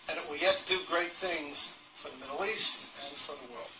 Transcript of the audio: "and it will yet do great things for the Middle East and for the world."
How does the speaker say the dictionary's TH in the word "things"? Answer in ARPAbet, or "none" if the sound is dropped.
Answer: TH